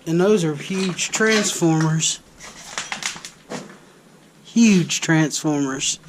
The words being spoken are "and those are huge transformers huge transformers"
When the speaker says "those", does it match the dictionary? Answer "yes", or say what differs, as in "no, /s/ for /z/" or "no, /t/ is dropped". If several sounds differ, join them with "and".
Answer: yes